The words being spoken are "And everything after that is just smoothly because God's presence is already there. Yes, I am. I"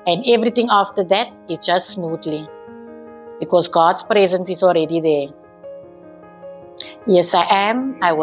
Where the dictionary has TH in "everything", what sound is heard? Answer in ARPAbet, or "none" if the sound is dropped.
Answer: T